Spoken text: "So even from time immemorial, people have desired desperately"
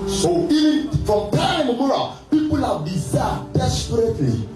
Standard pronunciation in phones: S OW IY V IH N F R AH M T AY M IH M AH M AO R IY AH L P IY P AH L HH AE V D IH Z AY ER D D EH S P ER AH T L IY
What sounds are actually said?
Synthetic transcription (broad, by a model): S OW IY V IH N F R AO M T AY IH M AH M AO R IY P IY P AH L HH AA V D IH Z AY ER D D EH S P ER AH T L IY